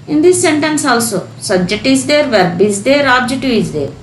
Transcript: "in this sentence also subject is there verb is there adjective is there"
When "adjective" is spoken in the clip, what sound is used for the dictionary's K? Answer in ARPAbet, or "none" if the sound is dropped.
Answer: none